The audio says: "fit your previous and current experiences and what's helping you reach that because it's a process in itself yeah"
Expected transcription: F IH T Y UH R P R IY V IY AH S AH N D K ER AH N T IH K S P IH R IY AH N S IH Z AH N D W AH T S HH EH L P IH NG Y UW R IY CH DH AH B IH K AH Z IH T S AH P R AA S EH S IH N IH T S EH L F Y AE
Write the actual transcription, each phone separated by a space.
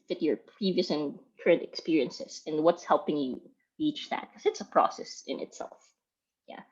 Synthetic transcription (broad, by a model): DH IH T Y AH R P R IY V IY AH S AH N K ER AH N T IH K S P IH R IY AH N S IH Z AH N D W AH T S HH EH L P IH NG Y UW R IY CH DH AH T K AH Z IH T S AH P R AA S EH S IH N IH T S EH L F Y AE